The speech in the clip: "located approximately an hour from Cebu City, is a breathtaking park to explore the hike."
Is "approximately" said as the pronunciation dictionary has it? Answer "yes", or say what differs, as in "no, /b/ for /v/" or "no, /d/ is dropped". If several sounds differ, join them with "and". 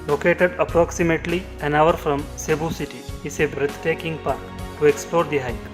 yes